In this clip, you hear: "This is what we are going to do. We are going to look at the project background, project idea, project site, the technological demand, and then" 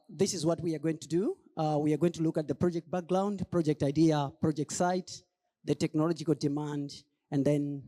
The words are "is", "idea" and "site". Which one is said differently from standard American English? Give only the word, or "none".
none